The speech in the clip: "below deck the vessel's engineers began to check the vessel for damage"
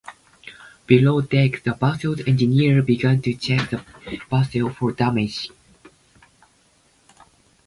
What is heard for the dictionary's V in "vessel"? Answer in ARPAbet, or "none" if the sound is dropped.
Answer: B